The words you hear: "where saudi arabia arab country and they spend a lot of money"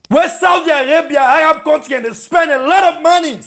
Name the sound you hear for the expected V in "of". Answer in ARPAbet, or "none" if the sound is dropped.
V